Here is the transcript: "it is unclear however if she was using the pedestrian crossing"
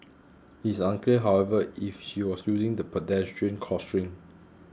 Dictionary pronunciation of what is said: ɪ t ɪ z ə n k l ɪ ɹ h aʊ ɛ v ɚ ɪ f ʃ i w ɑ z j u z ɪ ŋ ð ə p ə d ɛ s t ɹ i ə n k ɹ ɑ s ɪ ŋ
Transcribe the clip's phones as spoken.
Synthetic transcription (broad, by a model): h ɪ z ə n k l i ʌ h aʊ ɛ v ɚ ɪ f ʃ i w ɑ s j u z ɪ ŋ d ə p ə d ɛ s t ɹ i ə n k ɑ s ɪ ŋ